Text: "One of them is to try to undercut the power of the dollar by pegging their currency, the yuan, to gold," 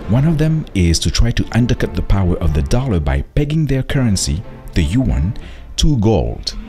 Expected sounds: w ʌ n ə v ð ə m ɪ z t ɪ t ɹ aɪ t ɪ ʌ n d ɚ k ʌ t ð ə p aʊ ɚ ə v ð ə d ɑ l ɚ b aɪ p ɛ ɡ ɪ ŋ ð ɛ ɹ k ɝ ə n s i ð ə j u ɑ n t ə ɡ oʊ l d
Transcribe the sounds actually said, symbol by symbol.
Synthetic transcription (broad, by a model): w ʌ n ə v ð ə m ɪ z t ɪ t ɹ aɪ t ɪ ʌ n d ɚ k ʌ t ð ə p aʊ ɚ ə v ð ə d ɑ l ɚ b aɪ p ɛ ɡ ɪ ŋ ð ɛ ɹ k ɝ ə n s i ð ə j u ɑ n t ə ɡ oʊ l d